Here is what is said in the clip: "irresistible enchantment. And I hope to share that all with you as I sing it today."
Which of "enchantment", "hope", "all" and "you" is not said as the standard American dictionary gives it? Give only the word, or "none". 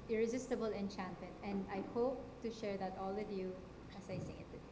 enchantment